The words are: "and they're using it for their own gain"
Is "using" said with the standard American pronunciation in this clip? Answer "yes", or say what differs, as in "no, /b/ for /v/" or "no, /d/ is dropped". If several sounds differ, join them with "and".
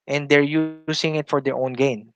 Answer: no, /s/ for /z/